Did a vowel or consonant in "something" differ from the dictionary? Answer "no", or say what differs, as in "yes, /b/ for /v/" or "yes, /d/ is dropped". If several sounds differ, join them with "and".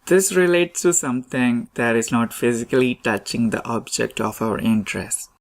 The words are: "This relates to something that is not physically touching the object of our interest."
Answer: yes, /t/ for /θ/